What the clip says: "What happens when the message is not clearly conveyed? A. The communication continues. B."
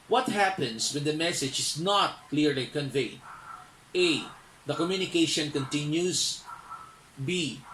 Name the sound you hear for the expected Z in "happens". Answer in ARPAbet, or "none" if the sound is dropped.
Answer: S